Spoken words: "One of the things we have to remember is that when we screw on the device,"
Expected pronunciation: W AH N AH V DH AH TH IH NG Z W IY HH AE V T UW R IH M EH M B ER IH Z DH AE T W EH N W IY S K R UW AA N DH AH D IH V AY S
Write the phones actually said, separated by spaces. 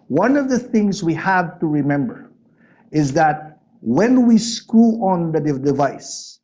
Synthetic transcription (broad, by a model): W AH N AH V DH AH TH IH NG Z W IY HH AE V T UW R IH M EH M B ER IH Z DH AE T W EH N W IY S K UW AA N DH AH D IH V AY S